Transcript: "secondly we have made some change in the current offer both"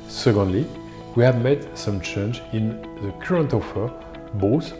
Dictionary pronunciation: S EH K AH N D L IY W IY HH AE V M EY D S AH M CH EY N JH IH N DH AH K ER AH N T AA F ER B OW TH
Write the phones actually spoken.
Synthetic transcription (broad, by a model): S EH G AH N D L IY W IY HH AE V M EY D S AH M CH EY N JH IH N DH AH K ER AH N T AA F ER B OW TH